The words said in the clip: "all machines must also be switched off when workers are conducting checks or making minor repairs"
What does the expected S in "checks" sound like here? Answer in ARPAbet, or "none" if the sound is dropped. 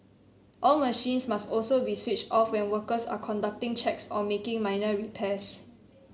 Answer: S